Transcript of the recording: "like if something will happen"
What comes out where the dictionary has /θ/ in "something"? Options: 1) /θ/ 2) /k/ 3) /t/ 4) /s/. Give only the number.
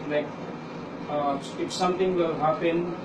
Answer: 3